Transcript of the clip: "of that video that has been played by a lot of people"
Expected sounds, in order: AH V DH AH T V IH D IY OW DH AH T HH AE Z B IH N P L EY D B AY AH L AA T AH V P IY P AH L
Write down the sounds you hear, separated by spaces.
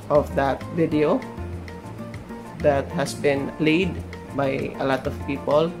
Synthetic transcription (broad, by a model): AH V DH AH T V IH D IY OW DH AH T HH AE S B IH N L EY D B AY AH L AA T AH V P IY P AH L